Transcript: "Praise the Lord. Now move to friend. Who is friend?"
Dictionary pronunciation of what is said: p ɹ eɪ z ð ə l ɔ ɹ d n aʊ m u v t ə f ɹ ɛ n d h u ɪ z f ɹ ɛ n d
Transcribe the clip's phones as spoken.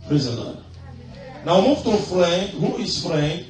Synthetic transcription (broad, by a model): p ɹ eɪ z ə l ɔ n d n aʊ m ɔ f t ə f ɹ ɛ n d h u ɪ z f ɹ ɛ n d